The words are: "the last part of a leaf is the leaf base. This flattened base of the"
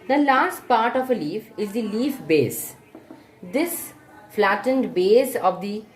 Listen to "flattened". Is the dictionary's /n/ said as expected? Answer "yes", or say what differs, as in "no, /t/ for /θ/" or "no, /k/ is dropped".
yes